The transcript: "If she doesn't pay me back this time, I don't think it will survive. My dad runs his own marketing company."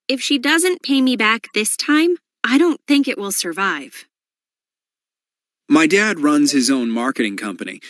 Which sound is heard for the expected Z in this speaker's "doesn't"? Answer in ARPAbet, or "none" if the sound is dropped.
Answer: Z